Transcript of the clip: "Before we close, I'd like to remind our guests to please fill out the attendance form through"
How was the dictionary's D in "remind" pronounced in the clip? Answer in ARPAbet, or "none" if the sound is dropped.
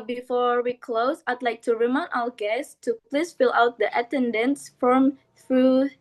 none